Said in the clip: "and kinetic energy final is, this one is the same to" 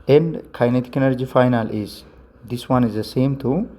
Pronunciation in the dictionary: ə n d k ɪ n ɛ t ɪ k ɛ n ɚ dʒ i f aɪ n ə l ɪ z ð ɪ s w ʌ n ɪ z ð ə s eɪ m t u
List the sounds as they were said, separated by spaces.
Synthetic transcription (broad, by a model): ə n d k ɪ n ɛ t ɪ k ɛ n ɚ dʒ i f aɪ n ə l ɪ z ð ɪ s w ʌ n ɪ z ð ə s eɪ m t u